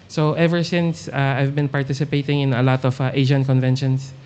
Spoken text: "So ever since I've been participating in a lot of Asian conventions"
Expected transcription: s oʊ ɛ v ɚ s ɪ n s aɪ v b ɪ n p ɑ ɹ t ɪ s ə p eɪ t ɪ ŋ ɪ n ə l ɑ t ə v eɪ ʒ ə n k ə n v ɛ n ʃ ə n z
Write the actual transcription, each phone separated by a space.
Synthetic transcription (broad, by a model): s oʊ ɛ v ɚ s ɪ n s aɪ v b ɪ n p ɑ ɹ t ɪ s ə p eɪ t ɪ ŋ ɪ n ə l ɑ t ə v eɪ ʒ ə n k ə n v ɛ n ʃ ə n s